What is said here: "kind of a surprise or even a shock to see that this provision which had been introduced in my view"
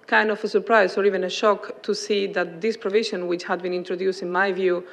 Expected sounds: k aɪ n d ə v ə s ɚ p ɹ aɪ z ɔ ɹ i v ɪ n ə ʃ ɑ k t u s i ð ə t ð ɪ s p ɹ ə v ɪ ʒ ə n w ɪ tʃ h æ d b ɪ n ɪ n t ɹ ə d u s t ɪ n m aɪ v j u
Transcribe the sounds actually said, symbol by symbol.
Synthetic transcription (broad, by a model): k aɪ n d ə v ə s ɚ p ɹ aɪ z ɔ ɹ i v ɪ n ə ʃ ɑ k t u s i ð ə t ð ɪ s p ɹ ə v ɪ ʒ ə n w ɪ tʃ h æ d b ɪ n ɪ n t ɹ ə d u s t ɪ n m aɪ v j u